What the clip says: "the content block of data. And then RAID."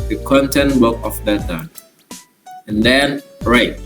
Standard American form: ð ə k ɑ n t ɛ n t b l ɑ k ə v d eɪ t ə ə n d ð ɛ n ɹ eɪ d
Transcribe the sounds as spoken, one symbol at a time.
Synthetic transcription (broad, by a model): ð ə k ɑ n t ɛ n t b ɑ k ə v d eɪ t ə ə n d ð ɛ n ɹ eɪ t